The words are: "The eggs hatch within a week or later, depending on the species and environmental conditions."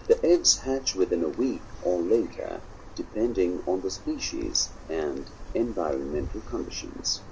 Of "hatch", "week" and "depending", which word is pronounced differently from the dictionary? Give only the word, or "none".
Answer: none